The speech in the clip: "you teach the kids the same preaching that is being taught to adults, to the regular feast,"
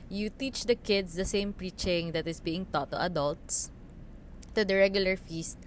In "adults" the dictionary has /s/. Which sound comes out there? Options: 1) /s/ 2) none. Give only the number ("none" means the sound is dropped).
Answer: 1